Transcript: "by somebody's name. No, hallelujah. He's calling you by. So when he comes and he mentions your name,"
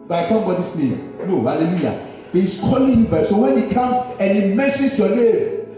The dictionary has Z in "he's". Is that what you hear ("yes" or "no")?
no